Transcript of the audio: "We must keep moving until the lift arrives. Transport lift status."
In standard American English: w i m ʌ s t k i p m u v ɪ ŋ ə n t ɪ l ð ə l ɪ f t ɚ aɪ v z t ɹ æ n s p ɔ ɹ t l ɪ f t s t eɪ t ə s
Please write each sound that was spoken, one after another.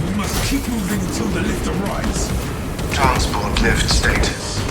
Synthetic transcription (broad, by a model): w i m ʌ s t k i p m u v ɪ ŋ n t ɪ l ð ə l ɪ f t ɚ aɪ z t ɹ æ n s p ɔ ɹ t l ɪ f t s t eɪ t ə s